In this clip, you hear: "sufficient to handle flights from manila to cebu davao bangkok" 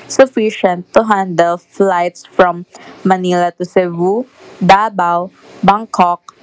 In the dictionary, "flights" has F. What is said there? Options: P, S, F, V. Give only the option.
F